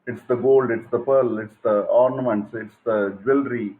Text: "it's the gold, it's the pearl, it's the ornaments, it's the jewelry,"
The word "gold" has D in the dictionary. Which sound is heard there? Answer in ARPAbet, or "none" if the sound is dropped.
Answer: D